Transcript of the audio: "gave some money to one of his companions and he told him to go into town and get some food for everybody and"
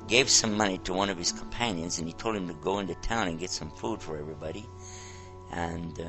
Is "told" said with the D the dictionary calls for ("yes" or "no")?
yes